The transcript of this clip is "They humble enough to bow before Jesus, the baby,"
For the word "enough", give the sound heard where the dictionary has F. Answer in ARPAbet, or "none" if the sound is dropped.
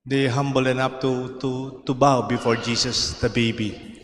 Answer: P